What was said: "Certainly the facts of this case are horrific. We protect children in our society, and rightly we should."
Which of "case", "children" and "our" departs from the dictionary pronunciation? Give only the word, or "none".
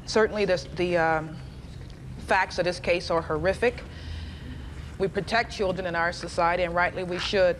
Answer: none